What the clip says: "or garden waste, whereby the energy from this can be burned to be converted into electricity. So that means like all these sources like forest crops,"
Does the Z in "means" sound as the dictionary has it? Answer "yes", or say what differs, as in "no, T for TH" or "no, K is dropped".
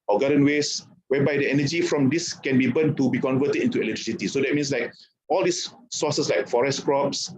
no, S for Z